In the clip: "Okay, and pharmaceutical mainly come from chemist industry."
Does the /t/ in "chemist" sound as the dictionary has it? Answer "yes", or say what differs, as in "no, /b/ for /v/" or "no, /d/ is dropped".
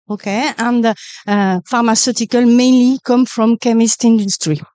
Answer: yes